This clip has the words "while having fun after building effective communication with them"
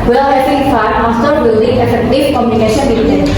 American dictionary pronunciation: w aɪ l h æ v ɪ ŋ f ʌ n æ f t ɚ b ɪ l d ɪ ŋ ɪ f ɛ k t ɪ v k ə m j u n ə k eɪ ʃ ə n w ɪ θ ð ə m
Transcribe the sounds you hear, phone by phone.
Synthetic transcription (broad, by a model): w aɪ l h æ f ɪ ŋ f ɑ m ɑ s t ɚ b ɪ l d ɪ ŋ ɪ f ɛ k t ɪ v k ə m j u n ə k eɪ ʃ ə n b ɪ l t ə